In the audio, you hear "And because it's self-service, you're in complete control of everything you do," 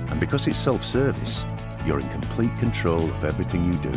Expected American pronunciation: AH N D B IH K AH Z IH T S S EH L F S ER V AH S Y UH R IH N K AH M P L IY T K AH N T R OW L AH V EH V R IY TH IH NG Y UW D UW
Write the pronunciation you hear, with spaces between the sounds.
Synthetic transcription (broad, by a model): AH N B IH K AH Z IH T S S EH L F S ER V AH S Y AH R IH N K AH M P L IY T K AH N T R OW L AH V EH V R IY TH IH NG Y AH D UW